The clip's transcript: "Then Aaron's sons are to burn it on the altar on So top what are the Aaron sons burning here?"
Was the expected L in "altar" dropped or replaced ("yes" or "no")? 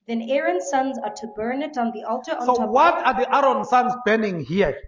no